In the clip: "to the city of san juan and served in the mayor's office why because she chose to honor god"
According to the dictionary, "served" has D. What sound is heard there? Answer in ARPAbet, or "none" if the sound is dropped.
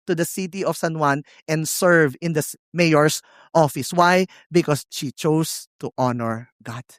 none